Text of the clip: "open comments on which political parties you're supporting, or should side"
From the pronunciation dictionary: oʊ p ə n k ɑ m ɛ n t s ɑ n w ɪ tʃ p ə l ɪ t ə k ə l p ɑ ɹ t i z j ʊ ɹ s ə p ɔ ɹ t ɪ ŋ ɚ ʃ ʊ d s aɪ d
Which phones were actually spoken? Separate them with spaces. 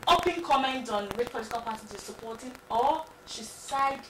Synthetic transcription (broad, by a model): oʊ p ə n k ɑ m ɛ n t ɑ n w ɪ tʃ p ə l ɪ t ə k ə l p ɑ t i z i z s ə p ɔ t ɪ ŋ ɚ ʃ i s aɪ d